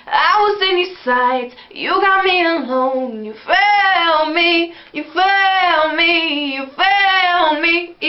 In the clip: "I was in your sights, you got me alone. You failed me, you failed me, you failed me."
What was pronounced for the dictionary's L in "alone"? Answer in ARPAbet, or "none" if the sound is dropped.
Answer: N